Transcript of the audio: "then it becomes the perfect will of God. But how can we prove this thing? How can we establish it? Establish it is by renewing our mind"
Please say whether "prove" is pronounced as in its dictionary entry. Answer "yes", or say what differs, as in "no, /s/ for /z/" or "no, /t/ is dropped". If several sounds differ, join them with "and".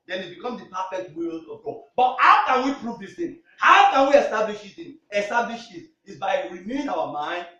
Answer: yes